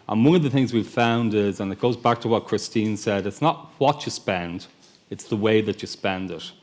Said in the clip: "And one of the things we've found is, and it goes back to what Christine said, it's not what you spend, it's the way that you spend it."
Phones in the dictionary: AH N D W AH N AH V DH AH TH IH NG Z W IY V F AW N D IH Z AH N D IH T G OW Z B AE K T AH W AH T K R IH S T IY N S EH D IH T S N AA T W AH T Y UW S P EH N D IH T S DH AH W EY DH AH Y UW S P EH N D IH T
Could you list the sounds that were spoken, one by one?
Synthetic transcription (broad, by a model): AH N W AH N AH V DH AH TH IH NG Z W IY V F AW N D IH Z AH N IH T G OW Z B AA K T AH W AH T K R IH S T IY N S EH D IH T S N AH T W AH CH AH S P EH N D IH T S DH AH W EY DH AH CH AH S P EH N D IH T